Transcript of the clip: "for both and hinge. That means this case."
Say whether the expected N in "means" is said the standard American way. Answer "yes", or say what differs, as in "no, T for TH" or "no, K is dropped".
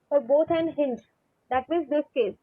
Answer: no, N is dropped